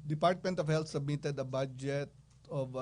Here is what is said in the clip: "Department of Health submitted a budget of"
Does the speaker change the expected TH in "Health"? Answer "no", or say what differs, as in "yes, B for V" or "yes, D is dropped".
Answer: yes, T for TH